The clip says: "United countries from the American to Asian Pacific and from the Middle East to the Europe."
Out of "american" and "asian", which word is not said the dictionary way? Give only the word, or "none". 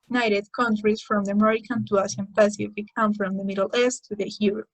asian